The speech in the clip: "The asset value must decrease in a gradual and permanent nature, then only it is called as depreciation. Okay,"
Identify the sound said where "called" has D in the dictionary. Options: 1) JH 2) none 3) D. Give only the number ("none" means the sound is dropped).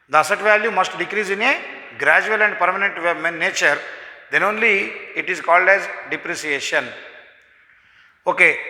3